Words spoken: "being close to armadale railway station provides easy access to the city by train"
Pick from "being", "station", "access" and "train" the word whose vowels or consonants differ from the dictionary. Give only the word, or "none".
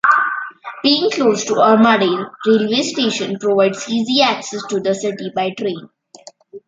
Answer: none